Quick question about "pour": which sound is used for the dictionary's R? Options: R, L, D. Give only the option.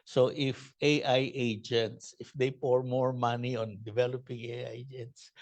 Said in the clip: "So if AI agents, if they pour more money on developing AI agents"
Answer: R